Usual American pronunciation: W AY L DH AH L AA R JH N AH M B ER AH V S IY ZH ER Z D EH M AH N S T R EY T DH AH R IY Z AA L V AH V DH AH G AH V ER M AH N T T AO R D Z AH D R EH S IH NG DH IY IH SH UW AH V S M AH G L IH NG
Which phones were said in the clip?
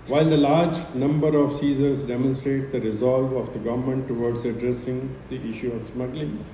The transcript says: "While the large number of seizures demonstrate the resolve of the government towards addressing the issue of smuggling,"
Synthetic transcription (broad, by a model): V AY L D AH L AA R JH N AH M B ER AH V S IY Z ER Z D EH M AH N S T R EY T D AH R IY Z AA L V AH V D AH G AH V ER M AH N T T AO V D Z AH D R EH S IH NG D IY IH SH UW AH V S M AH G L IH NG